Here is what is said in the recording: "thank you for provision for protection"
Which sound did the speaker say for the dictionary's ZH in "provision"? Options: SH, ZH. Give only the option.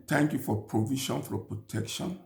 SH